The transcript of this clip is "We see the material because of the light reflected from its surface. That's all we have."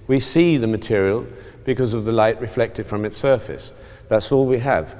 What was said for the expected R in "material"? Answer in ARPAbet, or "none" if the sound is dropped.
R